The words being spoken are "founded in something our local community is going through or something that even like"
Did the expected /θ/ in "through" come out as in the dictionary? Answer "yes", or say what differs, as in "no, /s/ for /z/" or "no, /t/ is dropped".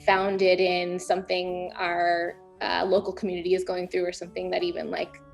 yes